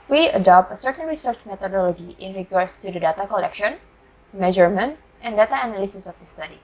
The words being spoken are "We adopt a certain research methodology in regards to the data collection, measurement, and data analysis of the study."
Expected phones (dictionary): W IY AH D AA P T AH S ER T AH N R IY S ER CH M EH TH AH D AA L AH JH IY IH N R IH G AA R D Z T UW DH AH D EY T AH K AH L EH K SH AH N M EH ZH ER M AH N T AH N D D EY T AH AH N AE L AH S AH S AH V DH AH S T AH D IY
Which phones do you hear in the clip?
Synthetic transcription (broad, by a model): W IY AH D AA P T AH S ER T AH N R IY S ER CH M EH T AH D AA L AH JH IY IH N R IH G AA R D S T UW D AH D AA T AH K AH L EH K SH AH N M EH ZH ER M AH N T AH N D D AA T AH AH N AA L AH S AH S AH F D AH S T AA D IY